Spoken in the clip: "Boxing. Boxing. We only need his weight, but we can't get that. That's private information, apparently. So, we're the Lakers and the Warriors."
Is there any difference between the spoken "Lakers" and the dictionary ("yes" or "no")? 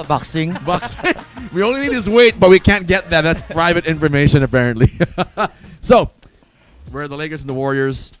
yes